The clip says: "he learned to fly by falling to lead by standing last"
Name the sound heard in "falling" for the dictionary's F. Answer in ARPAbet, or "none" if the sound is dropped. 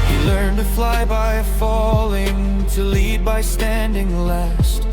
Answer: F